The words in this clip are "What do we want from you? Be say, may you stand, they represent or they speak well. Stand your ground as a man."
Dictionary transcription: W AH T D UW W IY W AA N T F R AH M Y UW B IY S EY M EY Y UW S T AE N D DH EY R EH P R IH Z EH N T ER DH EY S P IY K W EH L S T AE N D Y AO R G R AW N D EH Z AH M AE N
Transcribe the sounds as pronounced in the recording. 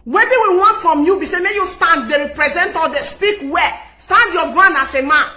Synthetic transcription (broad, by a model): W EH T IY W IY W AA N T F R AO M Y UW B IY S EY M EY Y UW S T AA N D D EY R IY P R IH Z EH N T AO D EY S P IY K W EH S T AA N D Y AO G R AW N AA S AH M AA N